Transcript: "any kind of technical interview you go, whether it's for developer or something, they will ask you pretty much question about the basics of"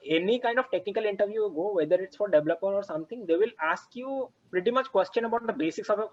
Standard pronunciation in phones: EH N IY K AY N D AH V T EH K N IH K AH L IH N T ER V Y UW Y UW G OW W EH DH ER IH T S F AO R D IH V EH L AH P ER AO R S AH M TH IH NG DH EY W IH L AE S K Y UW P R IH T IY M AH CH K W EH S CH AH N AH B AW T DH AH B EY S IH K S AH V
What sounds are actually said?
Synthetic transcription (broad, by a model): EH N IY K AY N D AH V T EH K N IH K AH L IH N T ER V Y Y UW G OW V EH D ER IH T S F AO R D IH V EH L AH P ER AO R S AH M T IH NG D EY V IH L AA S K Y UW P R IH T IY M AH CH K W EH S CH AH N AH B AW T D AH B EY S IH K S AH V